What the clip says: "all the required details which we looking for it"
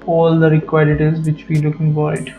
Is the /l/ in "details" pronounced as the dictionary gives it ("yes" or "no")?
no